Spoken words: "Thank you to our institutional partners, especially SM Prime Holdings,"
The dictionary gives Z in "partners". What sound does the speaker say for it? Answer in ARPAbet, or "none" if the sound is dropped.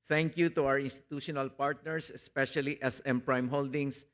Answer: S